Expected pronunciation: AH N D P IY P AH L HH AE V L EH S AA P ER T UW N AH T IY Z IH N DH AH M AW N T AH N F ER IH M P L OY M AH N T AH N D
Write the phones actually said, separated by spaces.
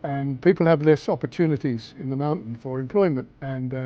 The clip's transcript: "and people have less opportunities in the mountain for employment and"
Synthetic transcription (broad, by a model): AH N P IY P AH L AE V L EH S AA P ER T UW N AH T IY Z IH N DH AH M AW N T N F ER IH M P L OY M AH N T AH N